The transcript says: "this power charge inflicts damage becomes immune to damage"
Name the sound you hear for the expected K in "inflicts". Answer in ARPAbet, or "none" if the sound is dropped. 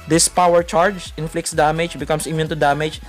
K